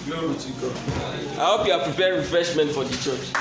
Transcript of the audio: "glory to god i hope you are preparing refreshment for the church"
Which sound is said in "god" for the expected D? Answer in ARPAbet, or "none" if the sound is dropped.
none